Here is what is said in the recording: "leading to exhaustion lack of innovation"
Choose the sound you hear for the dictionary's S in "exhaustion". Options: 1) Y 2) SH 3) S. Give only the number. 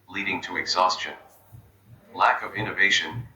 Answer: 3